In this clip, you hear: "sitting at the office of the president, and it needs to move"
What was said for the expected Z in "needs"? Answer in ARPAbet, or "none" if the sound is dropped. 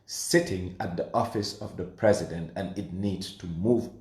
none